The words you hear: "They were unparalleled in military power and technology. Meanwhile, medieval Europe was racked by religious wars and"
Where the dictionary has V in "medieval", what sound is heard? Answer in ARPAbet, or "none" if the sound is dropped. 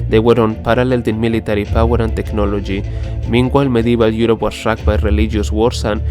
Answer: B